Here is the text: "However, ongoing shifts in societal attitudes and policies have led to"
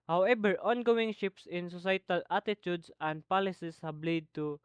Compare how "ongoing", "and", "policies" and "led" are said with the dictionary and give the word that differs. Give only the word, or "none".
policies